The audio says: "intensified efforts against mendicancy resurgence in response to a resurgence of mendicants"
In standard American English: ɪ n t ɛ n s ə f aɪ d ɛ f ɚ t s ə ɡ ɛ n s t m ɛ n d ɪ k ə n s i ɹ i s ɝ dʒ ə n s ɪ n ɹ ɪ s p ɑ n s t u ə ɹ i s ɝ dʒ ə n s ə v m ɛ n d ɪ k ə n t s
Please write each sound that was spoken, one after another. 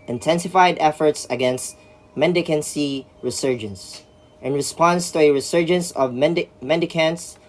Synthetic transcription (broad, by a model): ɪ n t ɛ n s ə f aɪ d ɛ f ɚ t s ə ɡ ɛ n s t m ɛ n d ɪ k ə n s i ɹ i s ɝ dʒ ə n s ɪ n ɹ ɪ s p ɑ n s t u ə ɹ i s ɝ dʒ ə n s ə v m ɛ n d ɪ k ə n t s